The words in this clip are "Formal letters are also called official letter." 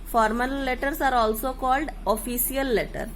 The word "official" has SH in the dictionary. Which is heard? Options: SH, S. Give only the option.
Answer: S